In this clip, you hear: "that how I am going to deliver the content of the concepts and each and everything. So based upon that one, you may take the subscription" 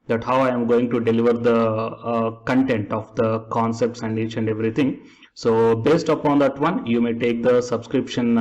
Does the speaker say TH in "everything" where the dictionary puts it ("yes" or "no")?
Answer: no